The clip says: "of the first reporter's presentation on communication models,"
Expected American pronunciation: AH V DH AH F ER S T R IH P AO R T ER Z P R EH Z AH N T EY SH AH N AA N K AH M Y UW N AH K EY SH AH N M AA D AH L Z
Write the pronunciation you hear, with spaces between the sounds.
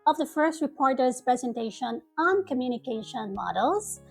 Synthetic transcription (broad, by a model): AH V DH AH F ER S T R IH P AO R T ER Z P R EH Z AH N T EY SH AH N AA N K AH M Y UW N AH K EY SH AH N M AA D L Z